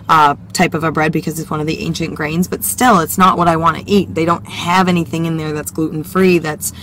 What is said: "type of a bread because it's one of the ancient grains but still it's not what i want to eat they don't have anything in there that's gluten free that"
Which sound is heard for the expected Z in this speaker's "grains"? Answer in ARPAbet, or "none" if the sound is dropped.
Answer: Z